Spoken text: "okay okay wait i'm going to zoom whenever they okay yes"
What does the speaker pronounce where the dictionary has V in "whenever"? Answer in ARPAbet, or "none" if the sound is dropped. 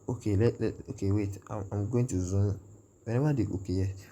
W